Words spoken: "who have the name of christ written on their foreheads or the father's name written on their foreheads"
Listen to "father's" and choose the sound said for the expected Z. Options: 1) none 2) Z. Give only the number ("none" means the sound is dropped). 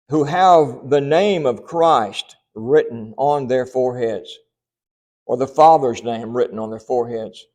2